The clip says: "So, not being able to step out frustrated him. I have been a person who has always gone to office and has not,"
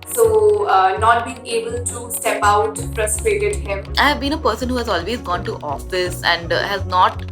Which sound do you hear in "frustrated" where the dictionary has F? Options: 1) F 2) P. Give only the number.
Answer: 2